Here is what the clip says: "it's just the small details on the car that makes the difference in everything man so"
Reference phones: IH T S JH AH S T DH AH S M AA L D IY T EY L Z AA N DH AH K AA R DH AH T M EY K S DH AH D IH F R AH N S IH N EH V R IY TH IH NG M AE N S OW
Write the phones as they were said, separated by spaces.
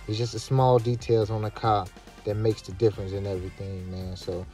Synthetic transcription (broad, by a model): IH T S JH AH S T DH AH S M AA L D IY T EY L Z N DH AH K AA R DH AH T M EY K S DH AH D IH F R AH N S IH N EH V R IY TH IH NG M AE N S OW